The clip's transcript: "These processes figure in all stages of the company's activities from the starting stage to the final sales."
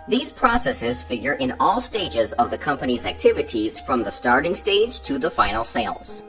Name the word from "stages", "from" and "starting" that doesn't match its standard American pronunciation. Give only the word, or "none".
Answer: none